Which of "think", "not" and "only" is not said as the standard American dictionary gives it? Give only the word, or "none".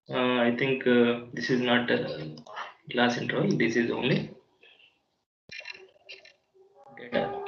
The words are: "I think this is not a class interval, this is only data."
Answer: think